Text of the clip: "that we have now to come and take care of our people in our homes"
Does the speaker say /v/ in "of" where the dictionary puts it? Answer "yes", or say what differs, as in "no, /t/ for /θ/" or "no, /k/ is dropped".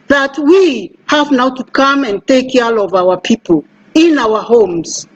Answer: yes